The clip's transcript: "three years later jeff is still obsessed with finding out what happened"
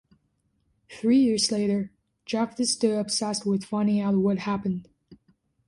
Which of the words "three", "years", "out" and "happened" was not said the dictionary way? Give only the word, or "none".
none